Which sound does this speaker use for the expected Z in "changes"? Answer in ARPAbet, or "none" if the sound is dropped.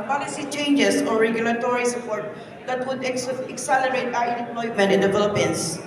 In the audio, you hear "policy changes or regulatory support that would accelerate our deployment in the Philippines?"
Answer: S